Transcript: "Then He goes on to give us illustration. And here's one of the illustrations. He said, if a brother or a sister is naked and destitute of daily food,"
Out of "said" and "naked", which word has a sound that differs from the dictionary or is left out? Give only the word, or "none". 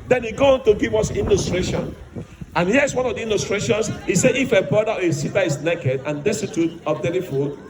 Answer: said